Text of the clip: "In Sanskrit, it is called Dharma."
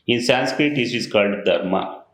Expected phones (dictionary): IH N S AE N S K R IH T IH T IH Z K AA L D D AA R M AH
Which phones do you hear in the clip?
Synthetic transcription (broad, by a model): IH N S AE N S K R IH T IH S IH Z K AA L D D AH R M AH